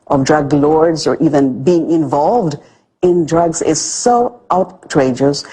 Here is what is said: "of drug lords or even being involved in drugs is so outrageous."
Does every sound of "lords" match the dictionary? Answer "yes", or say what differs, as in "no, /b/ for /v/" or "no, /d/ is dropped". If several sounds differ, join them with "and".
yes